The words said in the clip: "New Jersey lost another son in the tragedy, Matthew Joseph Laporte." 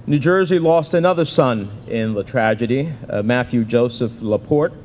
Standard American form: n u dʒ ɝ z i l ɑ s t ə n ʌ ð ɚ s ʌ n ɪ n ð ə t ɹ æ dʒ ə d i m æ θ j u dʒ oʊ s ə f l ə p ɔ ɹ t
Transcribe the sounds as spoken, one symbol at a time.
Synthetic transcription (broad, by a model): n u dʒ ɝ z i l ɑ s t ə n ʌ ð ɚ s ʌ n ɪ n ð ə t ɹ æ dʒ ə d i m æ θ j u dʒ oʊ s ə f l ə p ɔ ɹ t